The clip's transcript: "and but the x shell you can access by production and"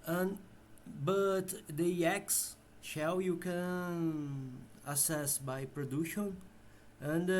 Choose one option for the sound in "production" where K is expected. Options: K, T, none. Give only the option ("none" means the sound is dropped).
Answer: none